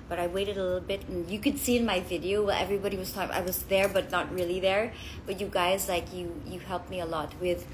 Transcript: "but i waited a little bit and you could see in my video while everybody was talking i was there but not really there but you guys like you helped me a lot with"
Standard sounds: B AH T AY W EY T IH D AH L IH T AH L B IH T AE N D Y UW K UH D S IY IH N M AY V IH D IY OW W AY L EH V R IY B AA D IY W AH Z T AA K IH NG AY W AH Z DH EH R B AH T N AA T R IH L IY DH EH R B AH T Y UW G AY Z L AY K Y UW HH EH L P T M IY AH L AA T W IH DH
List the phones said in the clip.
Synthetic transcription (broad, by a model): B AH T AY W EY T IH D AH L IH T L B IH T N Y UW K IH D S IY IH N M AY V IH D IY OW W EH L EH V R IY B AA D IY W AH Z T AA IH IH W AH Z DH EH R B AH T N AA T R IH L IY DH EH R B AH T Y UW G AY Z L AY K Y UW HH EH L P M IY AH L AA T W IH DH